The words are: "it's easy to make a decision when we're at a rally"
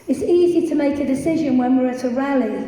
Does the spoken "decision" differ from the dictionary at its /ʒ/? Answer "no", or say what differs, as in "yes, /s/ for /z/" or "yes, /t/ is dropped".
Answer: no